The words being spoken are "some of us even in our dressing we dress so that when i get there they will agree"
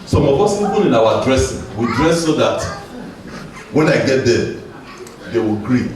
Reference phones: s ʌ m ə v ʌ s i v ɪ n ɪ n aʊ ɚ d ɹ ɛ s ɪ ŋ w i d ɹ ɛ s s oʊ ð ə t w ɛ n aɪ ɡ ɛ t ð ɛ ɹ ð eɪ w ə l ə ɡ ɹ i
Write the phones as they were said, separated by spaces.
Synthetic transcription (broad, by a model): s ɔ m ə p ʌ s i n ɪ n ɪ n aʊ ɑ d ɹ ɛ s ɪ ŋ w i d ɹ ɛ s s oʊ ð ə t w ɛ n aɪ ɡ ɛ t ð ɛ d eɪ w ə l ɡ ɹ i